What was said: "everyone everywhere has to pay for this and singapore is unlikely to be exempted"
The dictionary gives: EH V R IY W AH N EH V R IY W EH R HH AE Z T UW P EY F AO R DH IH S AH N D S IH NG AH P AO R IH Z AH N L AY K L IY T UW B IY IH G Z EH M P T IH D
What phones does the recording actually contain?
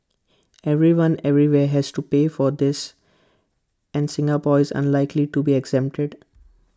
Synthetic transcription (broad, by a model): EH V R IY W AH N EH V R IY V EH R HH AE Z T UW P EY F AO R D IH S AH N D S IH NG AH P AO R IH Z AH N L AY K L IY T UW B IY IH G Z EH M P T IH D